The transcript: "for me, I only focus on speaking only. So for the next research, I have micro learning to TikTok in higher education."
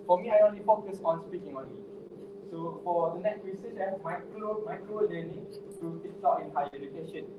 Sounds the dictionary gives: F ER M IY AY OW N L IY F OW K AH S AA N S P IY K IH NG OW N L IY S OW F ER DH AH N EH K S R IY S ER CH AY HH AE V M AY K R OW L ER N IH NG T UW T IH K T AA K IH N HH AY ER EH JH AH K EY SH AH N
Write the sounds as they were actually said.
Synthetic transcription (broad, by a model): F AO M IY AY OW N L IY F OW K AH S AA N S P IY K IH NG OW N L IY S OW F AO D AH N EH K S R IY S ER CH AY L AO M AY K L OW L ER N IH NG T UW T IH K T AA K IH N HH AY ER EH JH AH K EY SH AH N